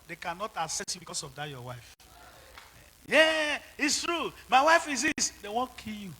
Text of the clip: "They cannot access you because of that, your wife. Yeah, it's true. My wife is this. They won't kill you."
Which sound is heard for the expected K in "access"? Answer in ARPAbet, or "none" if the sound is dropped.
none